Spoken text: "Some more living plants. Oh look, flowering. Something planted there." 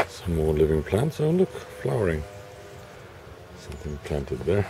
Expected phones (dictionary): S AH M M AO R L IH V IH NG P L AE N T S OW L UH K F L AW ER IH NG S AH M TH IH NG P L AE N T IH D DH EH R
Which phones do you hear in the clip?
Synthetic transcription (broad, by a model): S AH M M AO R L IH V IH NG P L AE N T S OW L UH K F L AW ER IH NG S AH M TH IH NG P L AE N T IH D DH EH R